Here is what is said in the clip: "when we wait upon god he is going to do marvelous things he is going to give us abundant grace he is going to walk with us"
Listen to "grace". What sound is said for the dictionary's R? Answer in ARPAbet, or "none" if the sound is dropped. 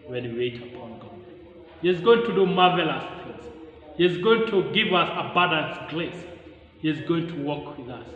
L